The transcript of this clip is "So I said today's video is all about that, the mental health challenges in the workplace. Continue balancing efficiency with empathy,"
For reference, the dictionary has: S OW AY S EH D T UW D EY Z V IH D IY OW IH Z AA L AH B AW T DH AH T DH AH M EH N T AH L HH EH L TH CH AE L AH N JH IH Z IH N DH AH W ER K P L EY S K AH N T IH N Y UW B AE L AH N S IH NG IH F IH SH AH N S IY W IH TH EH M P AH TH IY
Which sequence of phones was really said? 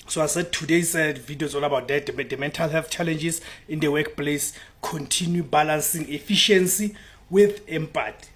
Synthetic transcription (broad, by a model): S OW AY S EH D T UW D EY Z V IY D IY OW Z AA N AH B AW T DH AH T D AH M EH N T AH L HH EH L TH CH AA L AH N JH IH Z IH N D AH W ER K P L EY S K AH N T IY N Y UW B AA L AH N S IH NG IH F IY SH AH N S IY W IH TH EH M P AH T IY